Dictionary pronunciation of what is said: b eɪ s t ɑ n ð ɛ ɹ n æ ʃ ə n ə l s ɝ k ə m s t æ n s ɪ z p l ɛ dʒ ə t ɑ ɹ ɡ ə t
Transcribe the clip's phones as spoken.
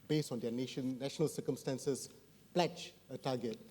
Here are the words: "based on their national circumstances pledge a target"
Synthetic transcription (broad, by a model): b eɪ s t ɑ n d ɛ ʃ n æ ʃ ə n ə l s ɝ k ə m s t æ n s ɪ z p l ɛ tʃ ə t ɑ ɡ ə t